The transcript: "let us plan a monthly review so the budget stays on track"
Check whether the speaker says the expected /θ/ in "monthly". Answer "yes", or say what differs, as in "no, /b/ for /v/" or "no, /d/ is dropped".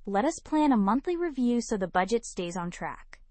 yes